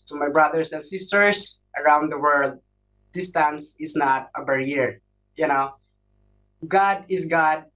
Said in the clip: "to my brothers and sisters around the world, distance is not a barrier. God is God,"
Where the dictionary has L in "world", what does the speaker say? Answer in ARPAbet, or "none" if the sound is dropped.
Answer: L